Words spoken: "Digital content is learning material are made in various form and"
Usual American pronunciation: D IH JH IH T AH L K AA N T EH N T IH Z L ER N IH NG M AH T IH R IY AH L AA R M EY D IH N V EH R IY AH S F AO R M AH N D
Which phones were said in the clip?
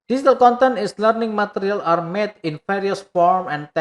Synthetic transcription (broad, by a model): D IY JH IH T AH L K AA N T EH N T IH S L ER N IH NG M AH T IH R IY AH L AA R M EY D IH N F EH R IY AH S F AO R M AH N